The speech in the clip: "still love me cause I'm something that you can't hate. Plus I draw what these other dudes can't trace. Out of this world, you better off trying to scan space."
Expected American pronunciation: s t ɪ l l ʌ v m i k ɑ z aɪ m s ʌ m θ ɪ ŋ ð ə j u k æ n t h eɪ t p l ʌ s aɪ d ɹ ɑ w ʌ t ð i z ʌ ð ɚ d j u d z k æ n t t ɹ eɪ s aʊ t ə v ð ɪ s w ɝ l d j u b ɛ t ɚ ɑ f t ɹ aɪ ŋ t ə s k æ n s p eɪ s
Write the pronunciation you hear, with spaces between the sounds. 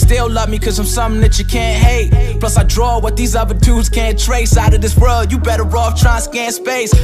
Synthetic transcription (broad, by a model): s t ɪ l l ʌ v m i k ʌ z aɪ m s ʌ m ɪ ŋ ð ə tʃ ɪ k æ n t h eɪ t p l ʌ s aɪ d ɹ ɑ w ʌ t ð i z ʌ ð ɚ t u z k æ n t t ɹ eɪ s aʊ t ə v ð ɪ s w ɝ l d j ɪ b ɛ t ɚ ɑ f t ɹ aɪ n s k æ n s p eɪ s